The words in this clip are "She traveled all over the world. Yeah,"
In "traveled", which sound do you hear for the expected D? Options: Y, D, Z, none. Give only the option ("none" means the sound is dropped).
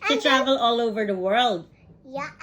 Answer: none